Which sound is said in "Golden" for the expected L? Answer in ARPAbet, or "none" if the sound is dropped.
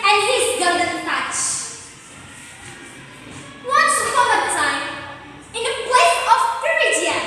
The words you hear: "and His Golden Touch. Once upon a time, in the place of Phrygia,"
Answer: none